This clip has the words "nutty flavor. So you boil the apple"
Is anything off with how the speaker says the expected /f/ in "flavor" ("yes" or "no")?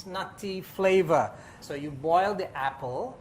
no